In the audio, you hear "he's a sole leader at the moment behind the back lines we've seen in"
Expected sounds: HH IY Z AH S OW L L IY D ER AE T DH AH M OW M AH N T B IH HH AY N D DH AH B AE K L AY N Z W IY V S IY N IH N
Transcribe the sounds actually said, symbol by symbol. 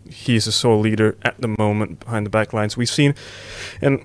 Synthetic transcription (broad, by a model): HH IY Z AH S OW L L IY D ER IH T DH AH M OW M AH N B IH HH AY N DH AH B AE K L AY N Z W IY V S IY N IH N